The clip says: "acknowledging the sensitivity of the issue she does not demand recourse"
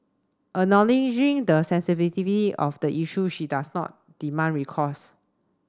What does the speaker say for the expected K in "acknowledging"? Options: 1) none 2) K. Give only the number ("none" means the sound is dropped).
1